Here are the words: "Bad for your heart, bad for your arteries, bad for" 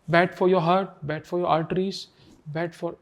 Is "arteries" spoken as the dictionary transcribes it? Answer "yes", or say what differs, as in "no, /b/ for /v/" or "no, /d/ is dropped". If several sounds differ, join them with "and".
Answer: no, /l/ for /ɹ/